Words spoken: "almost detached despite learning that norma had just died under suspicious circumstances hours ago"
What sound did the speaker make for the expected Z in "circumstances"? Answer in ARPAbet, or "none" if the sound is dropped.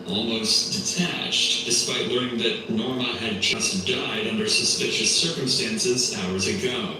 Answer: Z